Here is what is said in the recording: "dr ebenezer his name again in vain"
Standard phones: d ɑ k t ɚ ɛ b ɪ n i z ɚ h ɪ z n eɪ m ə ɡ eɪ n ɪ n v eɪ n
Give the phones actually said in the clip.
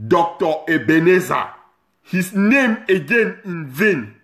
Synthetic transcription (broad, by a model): d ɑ k t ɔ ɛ b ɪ n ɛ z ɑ h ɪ s n eɪ m ə ɡ eɪ n ɪ n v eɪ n